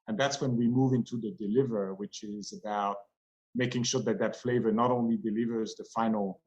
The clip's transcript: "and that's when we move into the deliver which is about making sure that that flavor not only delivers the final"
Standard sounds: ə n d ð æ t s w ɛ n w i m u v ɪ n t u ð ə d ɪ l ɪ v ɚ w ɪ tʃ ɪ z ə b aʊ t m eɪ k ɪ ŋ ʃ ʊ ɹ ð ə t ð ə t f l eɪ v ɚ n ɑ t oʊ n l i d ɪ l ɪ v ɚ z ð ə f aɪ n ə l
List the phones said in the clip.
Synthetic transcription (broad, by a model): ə n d ð æ t s w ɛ n w i m u v ɪ n t u ð ə d ɪ l ɪ v ɚ w ɪ tʃ ɪ z ə b aʊ t m eɪ k ɪ ŋ ʃ ʊ ɹ ð ə t ð ə t f l eɪ v ɚ n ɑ t oʊ n l i d ɪ l ɪ v ɚ z ð ə f aɪ n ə l